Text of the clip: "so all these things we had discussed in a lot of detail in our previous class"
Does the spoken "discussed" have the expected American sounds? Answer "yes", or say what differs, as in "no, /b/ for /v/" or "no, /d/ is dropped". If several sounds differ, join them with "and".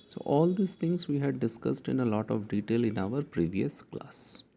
yes